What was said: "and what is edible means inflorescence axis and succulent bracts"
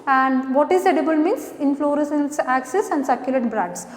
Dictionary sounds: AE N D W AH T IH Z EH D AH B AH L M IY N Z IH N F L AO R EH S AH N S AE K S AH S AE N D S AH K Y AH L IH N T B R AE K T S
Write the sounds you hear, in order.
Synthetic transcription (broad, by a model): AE N D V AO T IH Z EH D AH B AH L M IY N S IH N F L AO R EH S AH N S AE K S AH S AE N D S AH K Y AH L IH T B R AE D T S